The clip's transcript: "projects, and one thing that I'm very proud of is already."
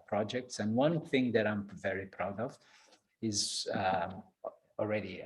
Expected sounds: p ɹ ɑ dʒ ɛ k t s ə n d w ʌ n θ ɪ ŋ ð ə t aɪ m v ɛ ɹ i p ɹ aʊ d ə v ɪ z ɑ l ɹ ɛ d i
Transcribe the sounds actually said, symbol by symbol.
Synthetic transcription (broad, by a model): p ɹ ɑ dʒ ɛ k t s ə n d w ʌ n θ ɪ ŋ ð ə t aɪ m v ɛ ɹ i p ɹ aʊ d ə v ɪ z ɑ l ɹ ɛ d i